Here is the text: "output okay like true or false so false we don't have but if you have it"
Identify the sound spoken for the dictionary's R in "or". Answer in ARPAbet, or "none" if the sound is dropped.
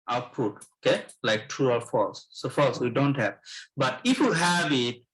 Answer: L